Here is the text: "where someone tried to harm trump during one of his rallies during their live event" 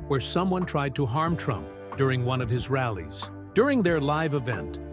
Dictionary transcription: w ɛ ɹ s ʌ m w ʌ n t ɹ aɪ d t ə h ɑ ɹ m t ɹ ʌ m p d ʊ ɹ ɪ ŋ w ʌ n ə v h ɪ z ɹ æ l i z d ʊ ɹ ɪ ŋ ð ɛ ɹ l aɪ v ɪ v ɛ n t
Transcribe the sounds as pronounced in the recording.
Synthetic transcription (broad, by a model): w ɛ ɹ s ʌ m w ʌ n t ɹ aɪ d t ə h ɑ ɹ m t ɹ ʌ m p d ʊ ɹ ɪ ŋ w ʌ n ə v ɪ z ɹ æ l i z d ʊ ɹ ɪ ŋ ð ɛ ɹ l aɪ v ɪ v ɛ n t